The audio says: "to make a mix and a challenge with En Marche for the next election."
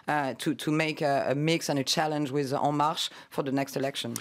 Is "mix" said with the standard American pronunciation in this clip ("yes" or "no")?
yes